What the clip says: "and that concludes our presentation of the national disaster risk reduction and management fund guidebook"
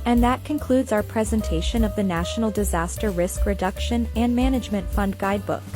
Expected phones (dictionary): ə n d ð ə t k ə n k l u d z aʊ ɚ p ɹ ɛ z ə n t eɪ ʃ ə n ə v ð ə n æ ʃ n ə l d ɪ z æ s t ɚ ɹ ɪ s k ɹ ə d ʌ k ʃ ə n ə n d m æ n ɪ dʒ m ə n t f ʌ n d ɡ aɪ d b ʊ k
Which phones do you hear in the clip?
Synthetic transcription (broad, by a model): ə n ð ə t k ə n k l u d z aʊ ɚ p ɹ ɛ z ə n t eɪ ʃ ə n ə v ð ə n æ ʃ n l d ɪ z æ s t ɚ ɹ ɪ s k ɹ ə d ʌ k ʃ ə n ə n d m æ n ɪ dʒ m ə n t f ʌ n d ɡ aɪ d b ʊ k